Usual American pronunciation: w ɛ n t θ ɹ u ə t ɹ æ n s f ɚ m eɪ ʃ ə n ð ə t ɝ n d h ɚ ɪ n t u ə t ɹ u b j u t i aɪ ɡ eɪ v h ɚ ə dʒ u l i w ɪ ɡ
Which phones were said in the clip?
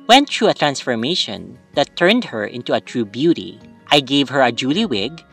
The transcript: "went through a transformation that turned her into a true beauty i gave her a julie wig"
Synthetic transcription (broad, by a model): w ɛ n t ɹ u ə t ɹ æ n s f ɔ m eɪ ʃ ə n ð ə t ɝ n d h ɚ ɪ n t u ə t ɹ u b j u t i aɪ ɡ eɪ v h ɚ ə dʒ u l i w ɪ ɡ